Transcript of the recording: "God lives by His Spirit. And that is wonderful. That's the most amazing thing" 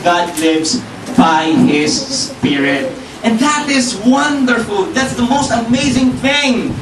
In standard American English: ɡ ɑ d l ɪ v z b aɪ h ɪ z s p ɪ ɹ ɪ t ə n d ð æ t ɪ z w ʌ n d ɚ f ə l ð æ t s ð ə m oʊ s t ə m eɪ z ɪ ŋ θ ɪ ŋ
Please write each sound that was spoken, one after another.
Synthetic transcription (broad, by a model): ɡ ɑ d l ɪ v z b aɪ h ɪ z s p ɪ ɹ ɪ t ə n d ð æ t ɪ z w ʌ n d ɚ f ə l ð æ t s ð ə m oʊ s t ə m eɪ z ɪ ŋ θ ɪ ŋ